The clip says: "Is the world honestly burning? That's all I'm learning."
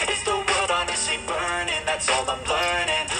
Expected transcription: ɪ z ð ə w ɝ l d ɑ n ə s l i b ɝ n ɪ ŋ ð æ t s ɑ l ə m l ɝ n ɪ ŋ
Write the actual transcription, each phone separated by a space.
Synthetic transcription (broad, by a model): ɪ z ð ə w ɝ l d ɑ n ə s i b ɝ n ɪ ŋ ð æ t s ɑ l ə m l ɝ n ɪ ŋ